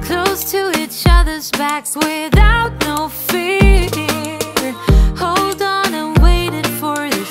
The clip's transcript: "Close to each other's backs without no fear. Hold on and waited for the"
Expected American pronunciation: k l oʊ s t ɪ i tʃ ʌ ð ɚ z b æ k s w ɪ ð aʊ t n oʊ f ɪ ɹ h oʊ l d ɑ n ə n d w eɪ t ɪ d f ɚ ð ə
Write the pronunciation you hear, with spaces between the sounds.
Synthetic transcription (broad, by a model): k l oʊ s t ɪ i tʃ ʌ ð ɚ z b æ k s w ɪ ð aʊ t n oʊ f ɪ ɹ h oʊ l d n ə n w eɪ t ɪ d f ɚ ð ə